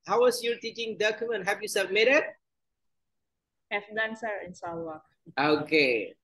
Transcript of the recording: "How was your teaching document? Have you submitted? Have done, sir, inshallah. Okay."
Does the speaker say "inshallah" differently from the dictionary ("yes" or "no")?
yes